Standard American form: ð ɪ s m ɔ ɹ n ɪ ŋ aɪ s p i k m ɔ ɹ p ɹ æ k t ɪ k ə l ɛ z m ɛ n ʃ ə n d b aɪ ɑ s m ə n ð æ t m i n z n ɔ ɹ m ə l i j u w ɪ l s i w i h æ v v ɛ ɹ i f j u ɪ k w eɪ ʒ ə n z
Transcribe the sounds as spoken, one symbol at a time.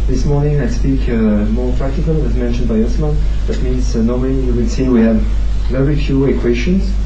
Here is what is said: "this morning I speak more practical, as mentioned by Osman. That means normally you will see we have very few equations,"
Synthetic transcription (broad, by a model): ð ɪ s m ɔ ɹ n ɪ ŋ aɪ s p i k m ɔ ɹ p ɹ æ k t ɪ k ə l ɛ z m ɛ n ʃ ə n d b aɪ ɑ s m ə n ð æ t m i n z n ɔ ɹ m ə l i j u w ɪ n s i w i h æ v v ɛ ɹ i f j u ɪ k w eɪ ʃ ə n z